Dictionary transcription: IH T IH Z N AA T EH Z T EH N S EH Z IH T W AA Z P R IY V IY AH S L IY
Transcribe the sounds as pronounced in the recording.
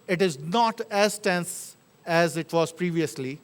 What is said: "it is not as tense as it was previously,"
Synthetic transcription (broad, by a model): IH T IH Z N AA T EH Z T EH N S EH Z IH T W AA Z P R IY V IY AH S L IY